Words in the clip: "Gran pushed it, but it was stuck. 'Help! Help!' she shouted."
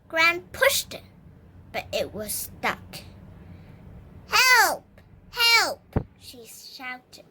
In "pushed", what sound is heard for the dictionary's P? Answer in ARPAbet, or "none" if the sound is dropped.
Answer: P